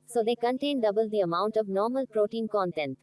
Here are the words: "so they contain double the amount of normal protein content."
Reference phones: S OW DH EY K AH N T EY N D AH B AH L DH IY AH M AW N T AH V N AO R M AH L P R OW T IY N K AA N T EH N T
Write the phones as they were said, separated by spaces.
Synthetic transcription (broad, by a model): S OW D EY K AH N T EY N D AH B AH L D IY AH M AW N T AH V N AO R M AH L P R OW T IY N K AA N T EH N T